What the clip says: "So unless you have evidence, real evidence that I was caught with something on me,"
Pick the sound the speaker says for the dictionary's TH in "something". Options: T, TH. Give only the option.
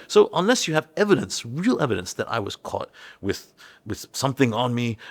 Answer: TH